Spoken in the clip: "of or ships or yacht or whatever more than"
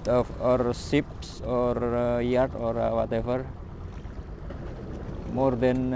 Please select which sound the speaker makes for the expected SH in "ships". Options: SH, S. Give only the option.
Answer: S